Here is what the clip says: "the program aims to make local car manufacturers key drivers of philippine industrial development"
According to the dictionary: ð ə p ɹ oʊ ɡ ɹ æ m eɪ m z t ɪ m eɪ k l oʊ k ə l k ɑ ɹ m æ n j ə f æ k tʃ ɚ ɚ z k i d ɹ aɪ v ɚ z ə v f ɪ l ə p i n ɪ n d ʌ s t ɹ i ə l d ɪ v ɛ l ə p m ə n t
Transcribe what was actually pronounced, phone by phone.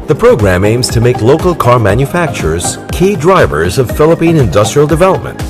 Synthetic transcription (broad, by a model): ð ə p ɹ oʊ ɡ ɹ æ m eɪ m z t ɪ m eɪ k l oʊ k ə l k ɑ ɹ m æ n j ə f æ k tʃ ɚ ɚ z k i d ɹ aɪ v ɚ z ə v f ɪ l ə p i n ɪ n d ʌ s t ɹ i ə l d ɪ v ɛ l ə p m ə n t